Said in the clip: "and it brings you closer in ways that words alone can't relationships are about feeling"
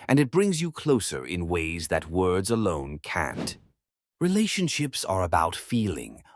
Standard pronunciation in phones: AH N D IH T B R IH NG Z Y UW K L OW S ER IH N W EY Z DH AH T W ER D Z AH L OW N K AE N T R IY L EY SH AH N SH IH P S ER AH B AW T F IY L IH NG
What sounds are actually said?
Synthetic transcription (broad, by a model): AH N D IH T B R IH NG Z Y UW K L OW S ER IH N W EY Z DH AH T W ER D Z AH L OW N K AE N T R IY L EY SH AH N SH IH P S ER AH B AW T F IY L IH NG